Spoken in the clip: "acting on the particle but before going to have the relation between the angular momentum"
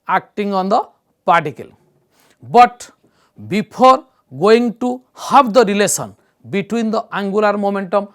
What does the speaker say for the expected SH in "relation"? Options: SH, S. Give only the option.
S